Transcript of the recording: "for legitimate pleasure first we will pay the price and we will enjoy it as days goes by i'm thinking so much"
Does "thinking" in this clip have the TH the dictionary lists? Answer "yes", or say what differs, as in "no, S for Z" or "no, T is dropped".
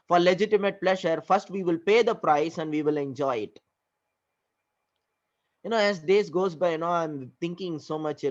no, T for TH